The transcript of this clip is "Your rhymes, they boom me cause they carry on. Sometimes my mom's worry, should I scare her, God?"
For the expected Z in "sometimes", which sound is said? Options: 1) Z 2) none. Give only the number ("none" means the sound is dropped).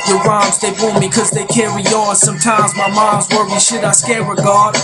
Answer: 1